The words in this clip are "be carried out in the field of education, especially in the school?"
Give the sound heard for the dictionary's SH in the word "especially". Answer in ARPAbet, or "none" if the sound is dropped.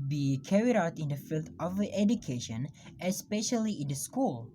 SH